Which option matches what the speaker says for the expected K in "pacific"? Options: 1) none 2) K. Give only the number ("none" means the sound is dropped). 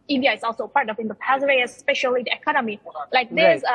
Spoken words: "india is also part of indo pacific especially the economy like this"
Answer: 1